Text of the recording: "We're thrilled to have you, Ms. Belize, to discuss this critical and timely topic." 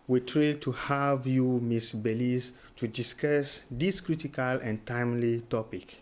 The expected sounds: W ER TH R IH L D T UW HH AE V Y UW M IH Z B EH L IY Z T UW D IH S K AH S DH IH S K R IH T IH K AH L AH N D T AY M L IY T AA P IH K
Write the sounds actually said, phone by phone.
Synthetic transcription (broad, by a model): W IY T R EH D T UW HH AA V Y UW M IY S B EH L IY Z T UW D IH S K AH S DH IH S K R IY T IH K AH L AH N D T AY M L IY T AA P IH K